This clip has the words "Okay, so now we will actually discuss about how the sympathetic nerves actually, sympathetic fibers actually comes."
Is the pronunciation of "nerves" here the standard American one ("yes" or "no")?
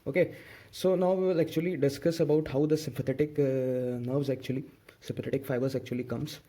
yes